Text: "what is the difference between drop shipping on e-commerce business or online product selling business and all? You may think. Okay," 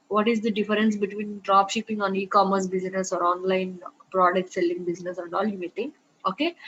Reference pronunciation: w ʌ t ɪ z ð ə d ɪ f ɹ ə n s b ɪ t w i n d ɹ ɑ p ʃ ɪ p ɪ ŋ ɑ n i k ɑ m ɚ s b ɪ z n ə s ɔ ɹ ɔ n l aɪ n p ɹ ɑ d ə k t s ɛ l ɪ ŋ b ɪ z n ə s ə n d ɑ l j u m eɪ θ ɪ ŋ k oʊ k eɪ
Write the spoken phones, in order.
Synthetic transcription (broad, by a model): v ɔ t ɪ z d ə d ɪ f ɹ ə n s b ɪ t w i n d ɹ ɑ p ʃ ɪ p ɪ ŋ ɑ n i k ɑ m ɚ s b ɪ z n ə s ɔ ɹ ɔ n l aɪ n p ɹ ɑ d ə k t s ɛ l ɪ ŋ b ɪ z n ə s ə n d ɑ l j u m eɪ t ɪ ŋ oʊ k eɪ